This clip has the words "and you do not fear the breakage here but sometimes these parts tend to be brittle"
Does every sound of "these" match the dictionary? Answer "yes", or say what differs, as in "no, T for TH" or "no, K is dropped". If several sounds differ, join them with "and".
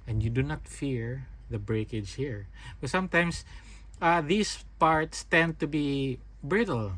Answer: no, S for Z